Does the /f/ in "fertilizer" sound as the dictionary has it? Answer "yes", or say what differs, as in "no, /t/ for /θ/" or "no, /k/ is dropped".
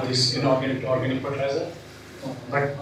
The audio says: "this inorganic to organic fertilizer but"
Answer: no, /p/ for /f/